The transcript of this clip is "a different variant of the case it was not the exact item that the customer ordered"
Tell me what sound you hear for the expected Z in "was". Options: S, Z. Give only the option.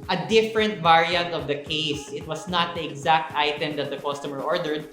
S